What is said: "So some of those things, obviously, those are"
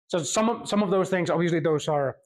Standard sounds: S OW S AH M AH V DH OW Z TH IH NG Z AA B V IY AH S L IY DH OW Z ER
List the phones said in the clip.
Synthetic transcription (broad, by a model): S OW S AH M AH V DH OW Z TH IH NG Z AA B V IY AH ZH L IY DH OW Z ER